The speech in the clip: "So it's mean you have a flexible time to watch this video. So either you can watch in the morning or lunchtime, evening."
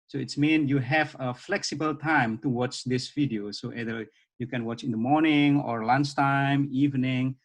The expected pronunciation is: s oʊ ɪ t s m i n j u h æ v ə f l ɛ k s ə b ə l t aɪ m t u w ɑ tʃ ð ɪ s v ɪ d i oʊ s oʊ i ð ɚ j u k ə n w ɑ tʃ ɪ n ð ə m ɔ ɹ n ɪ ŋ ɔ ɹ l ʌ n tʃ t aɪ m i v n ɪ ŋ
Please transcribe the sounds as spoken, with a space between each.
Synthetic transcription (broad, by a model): s oʊ ɪ t s m i n j u h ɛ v ə f l ɛ k s ə b ə l t aɪ m t u w ɑ tʃ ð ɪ s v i d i oʊ s oʊ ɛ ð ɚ j u k ə n w ɑ tʃ ɪ n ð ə m ɔ ɹ n ɪ ŋ ɔ ɹ l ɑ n s t aɪ m i v n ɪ ŋ